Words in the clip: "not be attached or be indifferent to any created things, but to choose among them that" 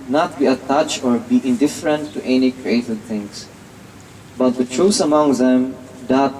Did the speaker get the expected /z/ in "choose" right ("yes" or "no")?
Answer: no